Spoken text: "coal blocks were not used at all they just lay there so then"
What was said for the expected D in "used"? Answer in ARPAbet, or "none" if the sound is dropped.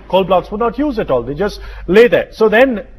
none